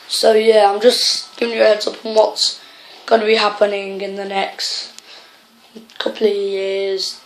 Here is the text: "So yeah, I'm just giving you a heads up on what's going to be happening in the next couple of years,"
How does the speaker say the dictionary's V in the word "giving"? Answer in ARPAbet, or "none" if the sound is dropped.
none